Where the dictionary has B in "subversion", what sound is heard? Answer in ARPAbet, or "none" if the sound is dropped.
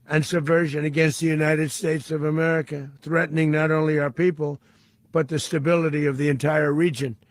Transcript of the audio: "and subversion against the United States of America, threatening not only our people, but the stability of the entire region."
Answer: B